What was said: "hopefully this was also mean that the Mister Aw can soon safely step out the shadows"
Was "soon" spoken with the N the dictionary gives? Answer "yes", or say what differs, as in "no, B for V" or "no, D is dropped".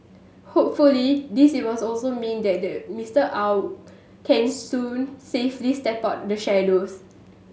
yes